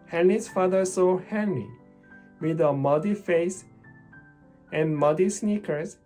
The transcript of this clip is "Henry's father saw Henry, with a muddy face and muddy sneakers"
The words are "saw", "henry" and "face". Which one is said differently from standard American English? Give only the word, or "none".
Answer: henry